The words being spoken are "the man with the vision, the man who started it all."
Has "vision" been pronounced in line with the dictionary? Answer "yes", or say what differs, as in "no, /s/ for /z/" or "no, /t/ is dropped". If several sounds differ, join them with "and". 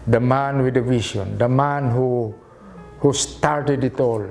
no, /s/ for /ʒ/